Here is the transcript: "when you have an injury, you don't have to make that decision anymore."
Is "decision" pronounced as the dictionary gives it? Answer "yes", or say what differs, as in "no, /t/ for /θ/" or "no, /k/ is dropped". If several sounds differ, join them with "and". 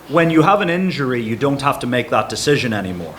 yes